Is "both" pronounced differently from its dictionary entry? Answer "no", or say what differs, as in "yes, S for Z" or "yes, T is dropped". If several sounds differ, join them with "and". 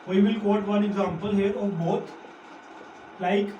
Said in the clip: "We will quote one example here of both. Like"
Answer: yes, T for TH